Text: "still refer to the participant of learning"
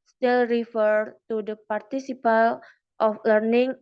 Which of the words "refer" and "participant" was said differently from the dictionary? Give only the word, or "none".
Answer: participant